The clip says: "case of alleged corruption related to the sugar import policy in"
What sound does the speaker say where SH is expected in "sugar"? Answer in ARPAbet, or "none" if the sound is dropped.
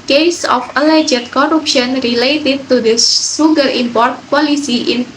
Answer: S